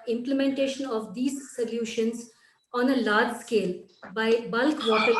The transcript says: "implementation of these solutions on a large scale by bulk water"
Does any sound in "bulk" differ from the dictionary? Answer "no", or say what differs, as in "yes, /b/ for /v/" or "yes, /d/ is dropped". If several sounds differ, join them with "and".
no